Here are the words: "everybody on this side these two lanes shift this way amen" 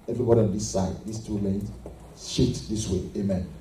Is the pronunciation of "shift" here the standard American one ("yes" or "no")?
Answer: no